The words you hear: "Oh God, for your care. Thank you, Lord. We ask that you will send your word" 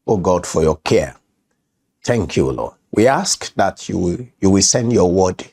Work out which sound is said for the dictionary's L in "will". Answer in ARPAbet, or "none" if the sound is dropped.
W